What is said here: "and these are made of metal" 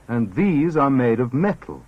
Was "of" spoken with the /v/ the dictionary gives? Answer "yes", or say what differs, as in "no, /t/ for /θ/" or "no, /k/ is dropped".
yes